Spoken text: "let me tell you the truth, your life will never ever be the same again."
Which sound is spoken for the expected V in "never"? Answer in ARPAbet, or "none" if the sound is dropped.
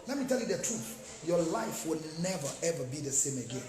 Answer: V